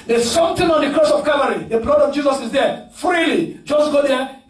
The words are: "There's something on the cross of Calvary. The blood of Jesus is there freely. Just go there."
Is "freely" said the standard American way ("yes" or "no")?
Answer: yes